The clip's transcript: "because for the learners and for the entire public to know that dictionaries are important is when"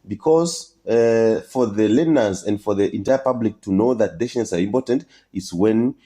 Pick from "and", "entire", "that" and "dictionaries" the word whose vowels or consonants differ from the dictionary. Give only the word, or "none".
dictionaries